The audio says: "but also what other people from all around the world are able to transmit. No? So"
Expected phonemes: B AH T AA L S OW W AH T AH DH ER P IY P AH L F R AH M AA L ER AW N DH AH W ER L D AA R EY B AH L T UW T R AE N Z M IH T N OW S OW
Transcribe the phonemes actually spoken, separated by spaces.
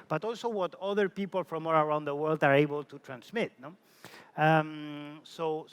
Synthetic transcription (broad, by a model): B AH T AA L S OW W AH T AH DH ER P IY P AH L F R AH M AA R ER AW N DH AH W ER L D AA R EY B AH L T UW T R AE N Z M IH T N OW S OW